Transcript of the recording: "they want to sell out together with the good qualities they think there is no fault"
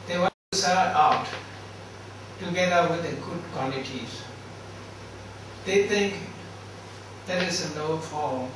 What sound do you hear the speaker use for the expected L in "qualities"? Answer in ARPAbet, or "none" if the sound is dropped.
N